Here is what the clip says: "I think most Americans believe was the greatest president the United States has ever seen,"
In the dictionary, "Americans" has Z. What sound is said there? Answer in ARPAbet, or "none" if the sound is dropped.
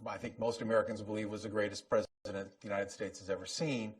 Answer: Z